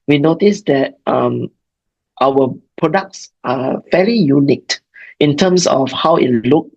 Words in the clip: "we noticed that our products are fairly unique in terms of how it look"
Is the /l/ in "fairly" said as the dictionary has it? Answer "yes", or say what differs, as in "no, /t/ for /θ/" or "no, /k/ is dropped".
no, /l/ is dropped